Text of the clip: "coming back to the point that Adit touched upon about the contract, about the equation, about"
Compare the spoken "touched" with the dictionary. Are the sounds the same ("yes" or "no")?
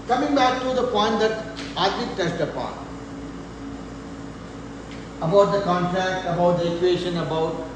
no